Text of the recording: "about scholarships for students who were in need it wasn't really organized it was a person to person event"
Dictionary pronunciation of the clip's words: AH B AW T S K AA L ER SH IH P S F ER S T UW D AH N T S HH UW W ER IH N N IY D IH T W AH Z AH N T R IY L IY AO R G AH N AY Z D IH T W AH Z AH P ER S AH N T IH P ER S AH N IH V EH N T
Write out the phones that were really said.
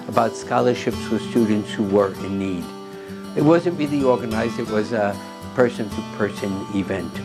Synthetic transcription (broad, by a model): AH B AW T S K AA L ER SH IH P S F ER S T UW D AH N T S HH UW W ER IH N N IY D IH T W AH Z AH N T R IY L IY AO R G AH N AY Z D IH T W AH Z AH P ER S AH N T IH P ER S AH N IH V EH N T